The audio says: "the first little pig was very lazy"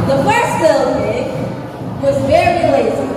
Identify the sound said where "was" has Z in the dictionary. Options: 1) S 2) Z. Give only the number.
2